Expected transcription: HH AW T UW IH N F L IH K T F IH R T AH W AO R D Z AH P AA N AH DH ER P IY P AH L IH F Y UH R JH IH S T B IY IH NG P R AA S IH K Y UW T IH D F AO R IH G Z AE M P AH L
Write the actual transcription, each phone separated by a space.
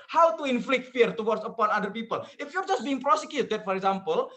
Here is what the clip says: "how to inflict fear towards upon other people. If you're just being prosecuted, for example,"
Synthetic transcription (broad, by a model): HH AW T UW IH N F L IH K T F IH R T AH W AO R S AH P AA N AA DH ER P IY P AH L IH F Y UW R JH IH S T B IY IH NG P R AA S IH K Y UW T IH D F AO R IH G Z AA M P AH L